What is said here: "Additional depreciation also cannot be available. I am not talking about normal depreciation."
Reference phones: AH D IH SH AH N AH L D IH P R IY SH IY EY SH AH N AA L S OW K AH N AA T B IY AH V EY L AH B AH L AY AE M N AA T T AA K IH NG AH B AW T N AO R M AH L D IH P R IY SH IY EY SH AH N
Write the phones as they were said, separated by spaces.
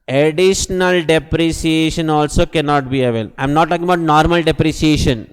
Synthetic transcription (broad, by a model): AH D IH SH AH N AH L D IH P R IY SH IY EY SH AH N AA L S OW K AH N AA T B IY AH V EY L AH AH M N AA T T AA K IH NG AH B AW T N AO R M AH L D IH P R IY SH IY EY SH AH N